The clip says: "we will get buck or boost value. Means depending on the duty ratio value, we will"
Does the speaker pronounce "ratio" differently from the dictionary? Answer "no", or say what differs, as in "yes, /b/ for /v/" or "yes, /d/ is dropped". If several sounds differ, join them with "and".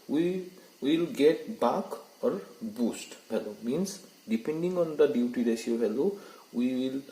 yes, /s/ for /ʃ/